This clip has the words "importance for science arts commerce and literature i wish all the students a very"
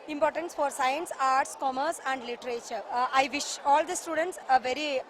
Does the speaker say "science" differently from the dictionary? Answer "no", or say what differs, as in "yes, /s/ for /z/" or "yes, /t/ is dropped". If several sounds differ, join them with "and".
no